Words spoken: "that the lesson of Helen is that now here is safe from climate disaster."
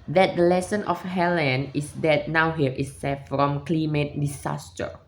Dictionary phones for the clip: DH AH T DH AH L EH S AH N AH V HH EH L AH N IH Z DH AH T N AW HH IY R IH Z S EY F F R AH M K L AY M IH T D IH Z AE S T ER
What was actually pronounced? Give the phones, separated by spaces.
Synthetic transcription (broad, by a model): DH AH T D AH L EH S AH N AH F HH EH L AH N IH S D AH T N AW HH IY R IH S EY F F R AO M K L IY M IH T D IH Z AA S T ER